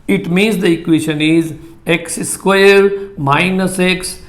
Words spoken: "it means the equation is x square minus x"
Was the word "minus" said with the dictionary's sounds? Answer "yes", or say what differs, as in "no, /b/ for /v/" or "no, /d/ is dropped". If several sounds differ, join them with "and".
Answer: yes